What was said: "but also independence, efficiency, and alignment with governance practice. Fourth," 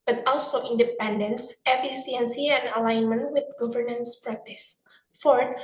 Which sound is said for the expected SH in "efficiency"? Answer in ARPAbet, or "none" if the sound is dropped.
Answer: S